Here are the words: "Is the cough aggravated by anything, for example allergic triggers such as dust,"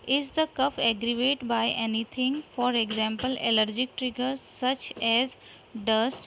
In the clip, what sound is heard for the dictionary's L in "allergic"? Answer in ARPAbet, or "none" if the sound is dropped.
L